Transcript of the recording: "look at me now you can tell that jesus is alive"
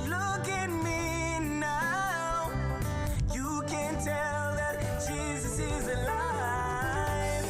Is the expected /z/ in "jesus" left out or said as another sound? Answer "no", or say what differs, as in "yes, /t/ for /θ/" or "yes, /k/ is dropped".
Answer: no